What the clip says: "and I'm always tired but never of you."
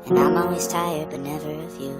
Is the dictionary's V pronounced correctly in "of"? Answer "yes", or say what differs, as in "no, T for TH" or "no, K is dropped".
no, F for V